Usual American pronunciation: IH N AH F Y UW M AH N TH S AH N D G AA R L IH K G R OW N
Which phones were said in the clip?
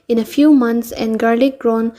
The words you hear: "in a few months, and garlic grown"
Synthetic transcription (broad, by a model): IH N AH F Y UW M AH N T S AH N G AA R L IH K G R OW N